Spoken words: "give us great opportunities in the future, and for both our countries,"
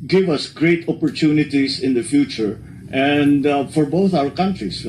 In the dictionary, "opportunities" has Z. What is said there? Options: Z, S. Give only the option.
S